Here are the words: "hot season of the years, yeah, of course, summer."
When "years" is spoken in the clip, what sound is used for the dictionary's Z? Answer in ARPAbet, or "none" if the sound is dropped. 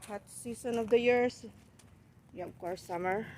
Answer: S